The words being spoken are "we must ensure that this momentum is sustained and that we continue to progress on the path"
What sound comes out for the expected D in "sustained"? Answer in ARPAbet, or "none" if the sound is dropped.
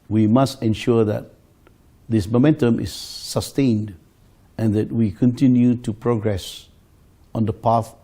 D